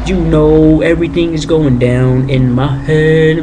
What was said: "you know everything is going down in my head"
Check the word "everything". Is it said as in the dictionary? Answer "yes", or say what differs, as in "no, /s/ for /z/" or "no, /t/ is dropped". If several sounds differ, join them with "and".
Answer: yes